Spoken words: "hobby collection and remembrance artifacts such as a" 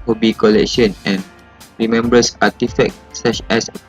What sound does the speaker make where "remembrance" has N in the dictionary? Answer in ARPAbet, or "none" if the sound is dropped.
none